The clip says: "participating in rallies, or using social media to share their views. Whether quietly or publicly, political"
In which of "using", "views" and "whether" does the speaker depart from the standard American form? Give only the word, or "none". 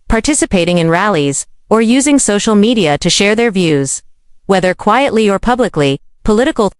none